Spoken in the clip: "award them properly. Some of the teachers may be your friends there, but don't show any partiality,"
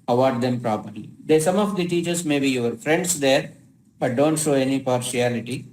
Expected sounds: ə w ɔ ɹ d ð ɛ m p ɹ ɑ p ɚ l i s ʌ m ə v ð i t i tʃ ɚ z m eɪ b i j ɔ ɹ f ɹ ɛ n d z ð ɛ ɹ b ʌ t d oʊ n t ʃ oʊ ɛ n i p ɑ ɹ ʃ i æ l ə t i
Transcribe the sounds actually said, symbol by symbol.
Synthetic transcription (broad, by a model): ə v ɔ ɹ d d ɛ m p ɹ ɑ p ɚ l i s ʌ m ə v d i t i tʃ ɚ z m eɪ b i j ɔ ɹ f ɹ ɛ n d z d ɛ ɹ b ʌ t d oʊ n t ʃ oʊ ɛ n i p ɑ ɹ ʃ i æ l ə t i